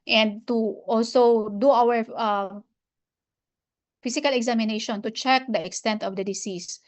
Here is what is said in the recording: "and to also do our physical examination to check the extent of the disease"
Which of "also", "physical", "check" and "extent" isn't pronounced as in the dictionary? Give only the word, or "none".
physical